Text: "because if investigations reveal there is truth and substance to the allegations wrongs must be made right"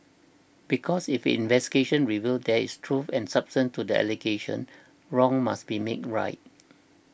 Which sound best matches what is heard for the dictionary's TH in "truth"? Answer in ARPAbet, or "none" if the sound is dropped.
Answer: F